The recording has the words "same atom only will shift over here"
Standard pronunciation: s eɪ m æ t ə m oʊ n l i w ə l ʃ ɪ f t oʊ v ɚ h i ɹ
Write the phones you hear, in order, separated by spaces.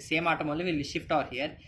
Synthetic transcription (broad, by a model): s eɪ m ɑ t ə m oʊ l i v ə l ʃ ɪ f t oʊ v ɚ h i ɹ